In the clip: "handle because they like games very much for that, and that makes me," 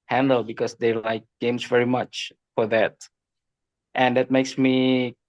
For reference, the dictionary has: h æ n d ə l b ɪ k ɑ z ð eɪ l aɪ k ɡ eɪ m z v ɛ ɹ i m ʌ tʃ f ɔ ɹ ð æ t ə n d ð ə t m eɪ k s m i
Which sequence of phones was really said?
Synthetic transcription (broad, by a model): h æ n d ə l b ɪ k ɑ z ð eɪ l aɪ k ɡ eɪ m s v ɛ ɹ i m ʌ tʃ f ɔ ɹ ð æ t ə n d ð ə t m eɪ k s m i